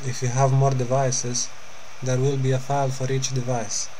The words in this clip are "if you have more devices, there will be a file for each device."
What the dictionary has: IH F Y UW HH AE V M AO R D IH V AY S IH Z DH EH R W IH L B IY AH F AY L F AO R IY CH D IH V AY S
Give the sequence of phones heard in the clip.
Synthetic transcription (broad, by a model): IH F Y UW HH AE V M AO R D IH V AY S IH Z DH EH R W IH L B IY AH F AY L F AO R IY CH D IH V AY S